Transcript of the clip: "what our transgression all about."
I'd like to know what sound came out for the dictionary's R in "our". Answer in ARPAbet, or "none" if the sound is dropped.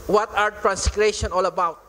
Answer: R